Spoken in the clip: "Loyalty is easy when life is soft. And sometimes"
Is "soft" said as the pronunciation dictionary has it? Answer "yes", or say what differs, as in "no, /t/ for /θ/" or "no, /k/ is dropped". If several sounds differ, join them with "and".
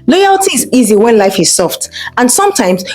yes